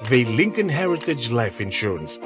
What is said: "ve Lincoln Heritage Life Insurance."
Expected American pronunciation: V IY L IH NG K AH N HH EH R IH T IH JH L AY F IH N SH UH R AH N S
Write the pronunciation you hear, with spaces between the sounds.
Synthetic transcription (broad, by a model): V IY L IH NG K AH N HH EH R IH T IH JH L AY F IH N SH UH R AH N S